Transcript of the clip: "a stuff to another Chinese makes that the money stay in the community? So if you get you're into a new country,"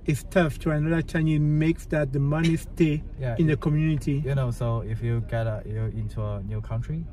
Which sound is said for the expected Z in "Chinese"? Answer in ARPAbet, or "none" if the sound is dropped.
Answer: none